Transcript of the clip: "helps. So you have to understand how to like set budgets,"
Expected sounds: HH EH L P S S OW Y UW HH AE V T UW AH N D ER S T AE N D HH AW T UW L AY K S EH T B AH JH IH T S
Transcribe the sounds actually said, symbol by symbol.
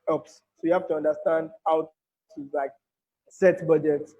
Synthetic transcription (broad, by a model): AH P S S OW Y UW HH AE F T UW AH N D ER S T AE N D HH AW T UW L AY K S EH T B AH JH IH T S